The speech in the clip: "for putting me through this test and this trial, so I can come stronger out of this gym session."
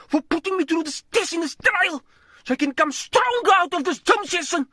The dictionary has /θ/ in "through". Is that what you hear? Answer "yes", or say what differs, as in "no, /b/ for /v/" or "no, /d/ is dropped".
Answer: no, /t/ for /θ/